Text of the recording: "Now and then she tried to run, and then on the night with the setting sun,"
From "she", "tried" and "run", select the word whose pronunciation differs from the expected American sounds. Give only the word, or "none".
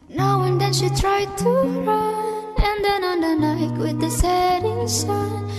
run